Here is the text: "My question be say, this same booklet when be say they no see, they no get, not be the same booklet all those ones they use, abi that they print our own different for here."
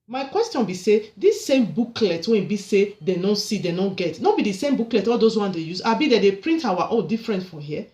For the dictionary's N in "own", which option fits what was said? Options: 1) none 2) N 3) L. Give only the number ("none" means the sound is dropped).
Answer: 3